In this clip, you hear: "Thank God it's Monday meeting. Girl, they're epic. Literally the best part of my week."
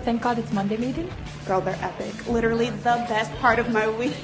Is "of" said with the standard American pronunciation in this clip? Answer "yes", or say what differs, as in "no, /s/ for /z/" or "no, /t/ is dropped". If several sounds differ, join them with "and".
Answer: yes